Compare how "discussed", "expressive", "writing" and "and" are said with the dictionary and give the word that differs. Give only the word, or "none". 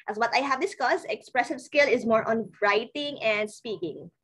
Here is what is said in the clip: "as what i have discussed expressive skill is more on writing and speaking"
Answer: discussed